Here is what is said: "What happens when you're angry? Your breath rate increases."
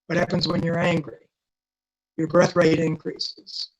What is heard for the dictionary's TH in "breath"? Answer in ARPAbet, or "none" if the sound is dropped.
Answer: TH